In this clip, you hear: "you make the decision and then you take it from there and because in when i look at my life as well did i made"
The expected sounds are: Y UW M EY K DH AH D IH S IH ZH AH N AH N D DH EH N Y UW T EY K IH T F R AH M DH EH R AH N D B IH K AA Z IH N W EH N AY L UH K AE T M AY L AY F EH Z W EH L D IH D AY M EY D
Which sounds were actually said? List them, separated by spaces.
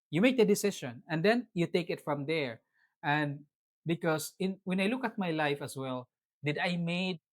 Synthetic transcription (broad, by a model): Y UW M EY K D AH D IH S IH SH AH N AH N D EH N Y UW T EY K IH T F R AH M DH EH R AH N D B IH K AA S IH N W EH N AY L UH K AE T M AY L AY F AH S W EH L D IH D AY M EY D